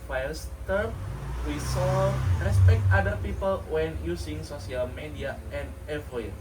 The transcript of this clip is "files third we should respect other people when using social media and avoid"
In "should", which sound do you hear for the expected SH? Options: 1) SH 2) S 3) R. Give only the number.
2